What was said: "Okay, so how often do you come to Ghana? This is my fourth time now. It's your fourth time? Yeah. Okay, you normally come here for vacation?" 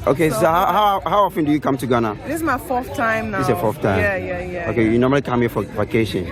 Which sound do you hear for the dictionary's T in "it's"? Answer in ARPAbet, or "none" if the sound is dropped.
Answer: S